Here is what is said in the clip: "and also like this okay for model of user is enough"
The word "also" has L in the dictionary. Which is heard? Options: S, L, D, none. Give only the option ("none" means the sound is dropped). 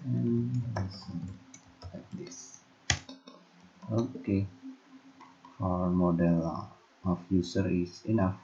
none